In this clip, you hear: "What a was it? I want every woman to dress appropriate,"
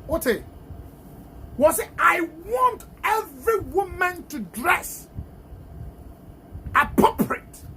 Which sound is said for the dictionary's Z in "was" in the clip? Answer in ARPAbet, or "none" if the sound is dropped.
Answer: S